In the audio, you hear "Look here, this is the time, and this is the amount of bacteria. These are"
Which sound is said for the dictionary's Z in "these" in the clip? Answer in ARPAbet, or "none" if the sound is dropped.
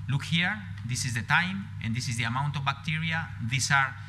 S